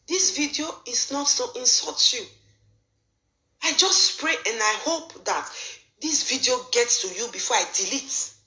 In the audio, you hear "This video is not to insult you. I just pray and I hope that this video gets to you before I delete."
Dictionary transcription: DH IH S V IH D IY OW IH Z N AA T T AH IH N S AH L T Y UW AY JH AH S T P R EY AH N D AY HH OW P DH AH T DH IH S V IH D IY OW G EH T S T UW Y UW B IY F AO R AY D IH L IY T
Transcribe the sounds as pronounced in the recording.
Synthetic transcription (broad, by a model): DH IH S V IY D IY OW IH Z N AA T S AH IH N S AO T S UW AY JH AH S T P R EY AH N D AY HH OW P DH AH T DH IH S V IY D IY OW G EH T S T UW Y UW B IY F AO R AY D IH L IY T